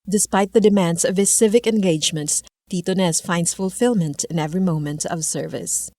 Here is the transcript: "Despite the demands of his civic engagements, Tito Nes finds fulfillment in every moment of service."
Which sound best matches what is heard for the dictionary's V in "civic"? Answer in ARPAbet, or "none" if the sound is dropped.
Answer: V